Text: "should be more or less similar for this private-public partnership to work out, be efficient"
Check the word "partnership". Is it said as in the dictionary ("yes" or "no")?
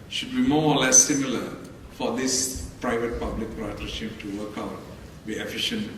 no